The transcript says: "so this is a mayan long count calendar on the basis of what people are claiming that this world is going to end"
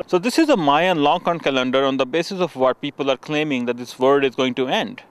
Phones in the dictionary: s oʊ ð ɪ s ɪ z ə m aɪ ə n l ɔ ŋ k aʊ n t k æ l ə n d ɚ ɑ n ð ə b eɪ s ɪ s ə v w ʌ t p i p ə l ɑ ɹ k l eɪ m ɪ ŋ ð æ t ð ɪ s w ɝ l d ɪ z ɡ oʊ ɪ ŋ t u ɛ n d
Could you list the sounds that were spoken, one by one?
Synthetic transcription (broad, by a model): s oʊ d ɪ s ɪ z ə m aɪ ə n l ɔ ŋ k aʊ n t k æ l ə n d ɚ ɑ n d ə b eɪ s ɪ s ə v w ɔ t p i p ə l ɑ ɹ k l eɪ m ɪ ŋ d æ t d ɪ s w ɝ d ɪ z ɡ oʊ ɪ ŋ t u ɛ n d